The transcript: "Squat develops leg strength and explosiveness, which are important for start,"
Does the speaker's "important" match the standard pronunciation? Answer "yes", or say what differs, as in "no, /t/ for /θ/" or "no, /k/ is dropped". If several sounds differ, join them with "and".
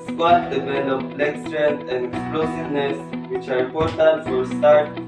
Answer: no, /m/ is dropped